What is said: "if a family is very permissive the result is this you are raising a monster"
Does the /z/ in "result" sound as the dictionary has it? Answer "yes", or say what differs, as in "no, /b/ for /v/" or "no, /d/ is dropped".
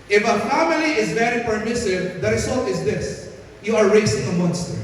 no, /s/ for /z/